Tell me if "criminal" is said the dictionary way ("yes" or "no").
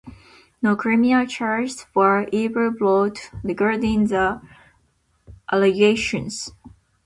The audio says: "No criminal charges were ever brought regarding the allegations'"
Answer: no